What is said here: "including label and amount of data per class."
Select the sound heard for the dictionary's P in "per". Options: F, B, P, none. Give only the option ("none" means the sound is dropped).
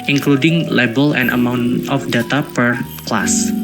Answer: P